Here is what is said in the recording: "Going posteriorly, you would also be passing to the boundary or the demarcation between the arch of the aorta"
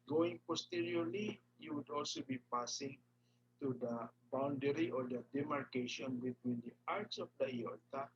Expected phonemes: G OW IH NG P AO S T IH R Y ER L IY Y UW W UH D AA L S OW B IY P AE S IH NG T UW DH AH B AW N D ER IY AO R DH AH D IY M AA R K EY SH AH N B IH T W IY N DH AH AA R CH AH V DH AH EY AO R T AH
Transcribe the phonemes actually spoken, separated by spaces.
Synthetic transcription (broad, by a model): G OW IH NG P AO S T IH R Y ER L IY Y UW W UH D AA L S OW B IY P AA S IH NG T UW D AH B AW N D ER IY AO R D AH D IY M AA R K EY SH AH N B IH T W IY N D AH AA R S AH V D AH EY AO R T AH